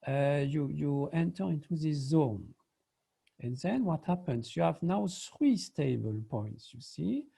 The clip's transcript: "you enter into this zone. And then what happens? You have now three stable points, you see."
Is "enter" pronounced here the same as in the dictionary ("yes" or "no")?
yes